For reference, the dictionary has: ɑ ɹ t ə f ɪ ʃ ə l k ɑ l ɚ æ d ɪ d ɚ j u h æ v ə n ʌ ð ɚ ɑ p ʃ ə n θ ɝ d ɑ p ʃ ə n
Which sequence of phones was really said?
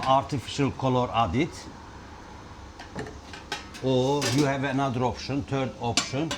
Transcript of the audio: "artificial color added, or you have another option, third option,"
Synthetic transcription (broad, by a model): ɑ ɹ t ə f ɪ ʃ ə l k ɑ l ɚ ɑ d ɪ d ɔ j u h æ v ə n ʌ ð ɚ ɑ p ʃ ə n t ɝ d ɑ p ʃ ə n